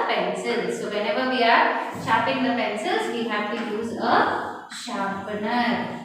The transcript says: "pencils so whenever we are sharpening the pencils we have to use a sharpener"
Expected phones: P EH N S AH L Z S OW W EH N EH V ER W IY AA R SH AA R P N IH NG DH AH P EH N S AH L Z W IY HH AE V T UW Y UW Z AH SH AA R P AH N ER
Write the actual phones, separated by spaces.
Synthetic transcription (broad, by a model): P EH N S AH L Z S OW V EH N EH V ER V IY AA R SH AA P IH NG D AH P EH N S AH L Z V IY HH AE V T UW Y UW Z AH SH AA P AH N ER